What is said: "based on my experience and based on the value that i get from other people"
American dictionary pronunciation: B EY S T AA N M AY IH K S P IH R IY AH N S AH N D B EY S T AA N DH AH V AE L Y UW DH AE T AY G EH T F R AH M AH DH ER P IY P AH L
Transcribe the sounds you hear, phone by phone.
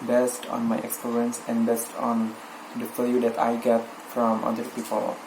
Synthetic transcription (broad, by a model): B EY S T AA N M AY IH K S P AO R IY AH N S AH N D B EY S T AA N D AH F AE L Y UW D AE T AY G EH T F R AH M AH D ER P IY P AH L